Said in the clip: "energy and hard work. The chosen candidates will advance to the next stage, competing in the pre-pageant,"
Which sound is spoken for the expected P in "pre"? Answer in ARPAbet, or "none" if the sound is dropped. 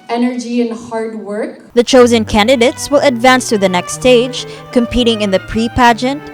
P